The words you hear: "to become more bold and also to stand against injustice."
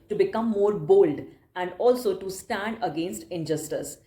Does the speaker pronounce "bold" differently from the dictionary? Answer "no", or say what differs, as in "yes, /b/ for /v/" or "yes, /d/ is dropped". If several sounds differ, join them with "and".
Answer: no